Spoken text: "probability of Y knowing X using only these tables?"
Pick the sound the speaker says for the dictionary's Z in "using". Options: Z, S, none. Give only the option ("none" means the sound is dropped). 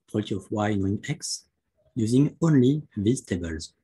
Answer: Z